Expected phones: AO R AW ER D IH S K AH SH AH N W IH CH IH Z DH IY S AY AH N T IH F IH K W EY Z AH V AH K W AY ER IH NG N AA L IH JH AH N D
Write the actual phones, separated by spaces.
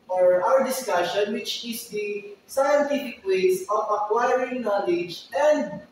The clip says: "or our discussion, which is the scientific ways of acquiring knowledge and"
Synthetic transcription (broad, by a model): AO R AW ER D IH S K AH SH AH N W IH CH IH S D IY S AY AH N T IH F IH K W EY S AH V AH K W AY ER IH NG N AA L IH JH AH N D